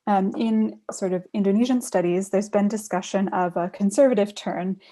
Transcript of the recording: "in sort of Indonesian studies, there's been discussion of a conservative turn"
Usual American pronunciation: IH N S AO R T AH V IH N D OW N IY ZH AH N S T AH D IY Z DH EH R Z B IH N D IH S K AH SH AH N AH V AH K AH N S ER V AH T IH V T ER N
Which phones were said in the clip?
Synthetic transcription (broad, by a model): IH N S AO R T AH V IH N D OW N IY ZH AH N S T AH D IY Z DH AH R Z B IH N D IH S K AH SH AH N AH V AH K AH N S ER V AH T IH V T ER N